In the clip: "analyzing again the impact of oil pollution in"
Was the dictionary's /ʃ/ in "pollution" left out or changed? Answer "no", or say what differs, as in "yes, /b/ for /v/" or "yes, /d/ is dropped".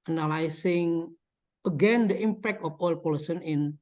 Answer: yes, /s/ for /ʃ/